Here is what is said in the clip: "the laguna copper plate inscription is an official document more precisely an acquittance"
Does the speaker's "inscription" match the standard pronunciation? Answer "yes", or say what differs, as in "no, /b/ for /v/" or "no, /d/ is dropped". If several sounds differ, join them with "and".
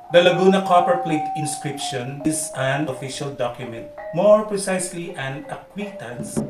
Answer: yes